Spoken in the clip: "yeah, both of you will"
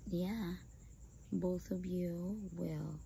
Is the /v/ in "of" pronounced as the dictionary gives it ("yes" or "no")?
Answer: yes